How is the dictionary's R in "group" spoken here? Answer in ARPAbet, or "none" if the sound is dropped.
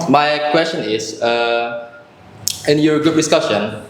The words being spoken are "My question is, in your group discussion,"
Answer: none